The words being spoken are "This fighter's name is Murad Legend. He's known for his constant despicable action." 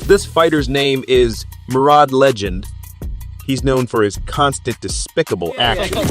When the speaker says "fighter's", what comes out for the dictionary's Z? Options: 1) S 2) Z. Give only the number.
2